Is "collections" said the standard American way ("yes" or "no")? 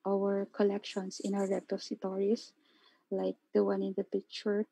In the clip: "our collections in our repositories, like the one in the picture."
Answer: no